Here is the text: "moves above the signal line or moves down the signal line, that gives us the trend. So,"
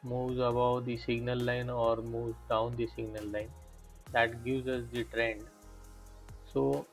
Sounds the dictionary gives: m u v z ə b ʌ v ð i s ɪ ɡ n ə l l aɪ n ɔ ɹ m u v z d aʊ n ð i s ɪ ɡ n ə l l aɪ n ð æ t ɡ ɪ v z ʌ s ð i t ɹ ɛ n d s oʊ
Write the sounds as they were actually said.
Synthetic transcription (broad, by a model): m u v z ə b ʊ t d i s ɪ ɡ n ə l l aɪ n ɔ ɹ m u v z d aʊ n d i s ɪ ɡ n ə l l aɪ n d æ t ɡ ɪ v z ʌ s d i t ɹ ɛ n d s oʊ